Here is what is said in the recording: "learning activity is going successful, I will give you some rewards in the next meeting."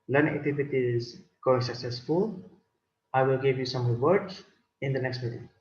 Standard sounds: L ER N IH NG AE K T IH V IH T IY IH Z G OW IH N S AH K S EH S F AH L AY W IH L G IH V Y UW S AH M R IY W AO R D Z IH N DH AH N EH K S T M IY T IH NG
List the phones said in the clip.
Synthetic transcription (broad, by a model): L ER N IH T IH F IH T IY IH Z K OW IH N S AH K S EH S F AH L AY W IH L G IH V Y UW S AH M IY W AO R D IH N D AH N EH K S T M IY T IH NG